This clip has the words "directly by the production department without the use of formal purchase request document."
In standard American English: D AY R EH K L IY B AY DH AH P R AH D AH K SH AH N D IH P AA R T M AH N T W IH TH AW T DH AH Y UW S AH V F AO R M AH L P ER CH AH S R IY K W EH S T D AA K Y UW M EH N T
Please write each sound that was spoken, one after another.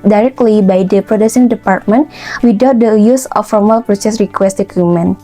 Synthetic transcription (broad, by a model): D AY R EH K L IY B AY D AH P R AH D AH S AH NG D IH P AA R T M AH N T W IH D AW T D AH Y UW S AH F AO R M AH L P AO S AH S R IY K W EH S T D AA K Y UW M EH N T